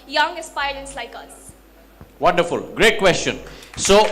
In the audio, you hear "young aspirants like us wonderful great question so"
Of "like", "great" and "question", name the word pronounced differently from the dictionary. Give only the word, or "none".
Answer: none